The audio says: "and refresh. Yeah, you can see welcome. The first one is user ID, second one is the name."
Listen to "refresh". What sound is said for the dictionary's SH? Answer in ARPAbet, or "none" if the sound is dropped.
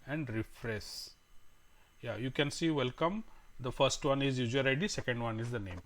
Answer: S